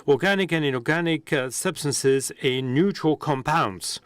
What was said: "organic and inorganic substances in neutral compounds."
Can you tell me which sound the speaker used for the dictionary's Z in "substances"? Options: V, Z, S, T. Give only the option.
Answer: Z